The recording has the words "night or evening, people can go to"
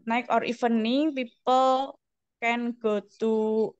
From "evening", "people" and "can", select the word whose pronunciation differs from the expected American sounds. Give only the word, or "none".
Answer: evening